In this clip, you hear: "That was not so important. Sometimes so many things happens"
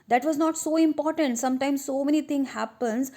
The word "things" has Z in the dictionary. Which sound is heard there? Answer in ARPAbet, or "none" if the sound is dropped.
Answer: none